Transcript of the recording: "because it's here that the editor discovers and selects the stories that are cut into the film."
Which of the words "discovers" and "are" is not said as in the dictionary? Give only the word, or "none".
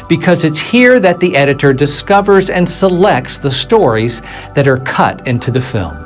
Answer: none